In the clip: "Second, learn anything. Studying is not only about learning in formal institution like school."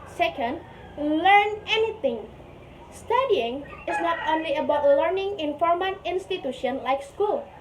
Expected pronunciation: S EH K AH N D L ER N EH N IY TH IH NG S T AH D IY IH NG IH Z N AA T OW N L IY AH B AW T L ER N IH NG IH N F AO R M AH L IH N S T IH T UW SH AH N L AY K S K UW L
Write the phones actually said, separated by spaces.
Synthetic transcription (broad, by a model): S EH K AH N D L ER N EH N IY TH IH NG S T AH D IY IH NG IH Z N AA T OW N L IY AH B AW T L ER N IH NG IH N F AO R M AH N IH N S T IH T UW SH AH N L AY K S K UW L